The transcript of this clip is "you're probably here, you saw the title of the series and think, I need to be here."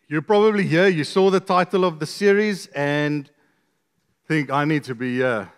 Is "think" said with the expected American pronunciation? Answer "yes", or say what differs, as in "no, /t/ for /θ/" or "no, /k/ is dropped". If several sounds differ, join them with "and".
yes